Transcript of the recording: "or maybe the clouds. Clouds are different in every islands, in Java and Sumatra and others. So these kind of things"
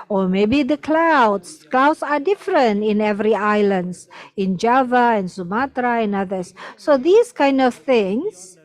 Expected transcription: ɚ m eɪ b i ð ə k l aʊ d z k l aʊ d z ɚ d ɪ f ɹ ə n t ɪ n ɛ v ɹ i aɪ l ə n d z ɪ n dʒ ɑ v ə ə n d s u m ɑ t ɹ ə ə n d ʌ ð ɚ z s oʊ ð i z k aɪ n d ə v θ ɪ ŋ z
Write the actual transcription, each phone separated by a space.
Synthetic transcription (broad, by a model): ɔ m eɪ b i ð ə k l aʊ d s k l aʊ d s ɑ d ɪ f ɹ ə n t ɪ n ɛ v ɹ i aɪ l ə n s ɪ n dʒ ɑ v ə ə n s u m ɑ t ɹ ə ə n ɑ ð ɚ s oʊ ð i s k aɪ n d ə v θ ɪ ŋ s